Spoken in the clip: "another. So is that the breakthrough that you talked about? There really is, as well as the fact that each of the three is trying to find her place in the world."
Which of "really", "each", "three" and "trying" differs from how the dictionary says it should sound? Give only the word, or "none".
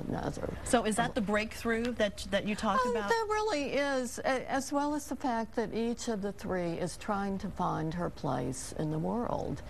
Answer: none